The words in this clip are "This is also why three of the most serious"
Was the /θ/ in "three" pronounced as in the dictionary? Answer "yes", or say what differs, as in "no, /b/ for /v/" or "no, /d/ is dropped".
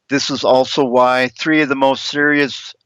yes